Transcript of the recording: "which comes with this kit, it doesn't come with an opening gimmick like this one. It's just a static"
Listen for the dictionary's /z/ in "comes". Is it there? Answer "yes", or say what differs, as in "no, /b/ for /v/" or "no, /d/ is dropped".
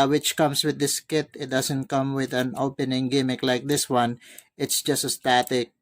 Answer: no, /s/ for /z/